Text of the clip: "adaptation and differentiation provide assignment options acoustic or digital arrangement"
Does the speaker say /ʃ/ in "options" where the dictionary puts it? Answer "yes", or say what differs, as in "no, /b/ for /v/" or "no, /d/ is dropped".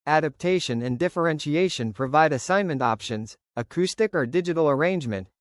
yes